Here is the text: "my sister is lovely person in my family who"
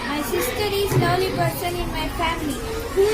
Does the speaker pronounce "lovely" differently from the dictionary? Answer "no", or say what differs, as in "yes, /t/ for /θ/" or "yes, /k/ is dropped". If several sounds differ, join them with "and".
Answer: yes, /v/ is dropped